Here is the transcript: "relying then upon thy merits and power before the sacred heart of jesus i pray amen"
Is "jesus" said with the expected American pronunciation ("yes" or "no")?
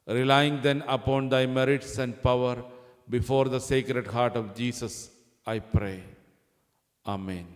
no